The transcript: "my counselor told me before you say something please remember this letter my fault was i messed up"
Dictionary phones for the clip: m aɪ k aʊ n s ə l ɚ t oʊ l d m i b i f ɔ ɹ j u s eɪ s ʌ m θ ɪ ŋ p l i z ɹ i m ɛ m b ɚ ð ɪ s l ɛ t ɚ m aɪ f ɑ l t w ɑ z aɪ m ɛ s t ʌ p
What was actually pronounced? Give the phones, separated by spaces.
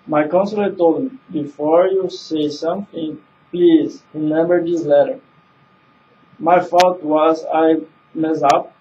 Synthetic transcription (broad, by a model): m aɪ k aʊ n s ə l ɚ t oʊ l d m i b i f ɔ ɹ j u s eɪ s ʌ m θ ɪ ŋ p l i z ɹ i m ɛ m b ɚ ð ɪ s l ɛ t ɚ m aɪ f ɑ t w ɑ z aɪ m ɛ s ʌ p